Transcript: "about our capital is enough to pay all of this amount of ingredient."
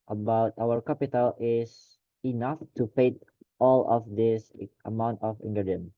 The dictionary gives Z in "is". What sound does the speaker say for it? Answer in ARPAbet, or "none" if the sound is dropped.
S